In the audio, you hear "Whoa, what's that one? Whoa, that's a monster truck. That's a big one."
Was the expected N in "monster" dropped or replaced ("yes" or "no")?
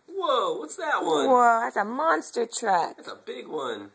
no